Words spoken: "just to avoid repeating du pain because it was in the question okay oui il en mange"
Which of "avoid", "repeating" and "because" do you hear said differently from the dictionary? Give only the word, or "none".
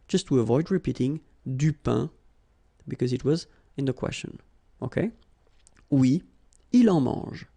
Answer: none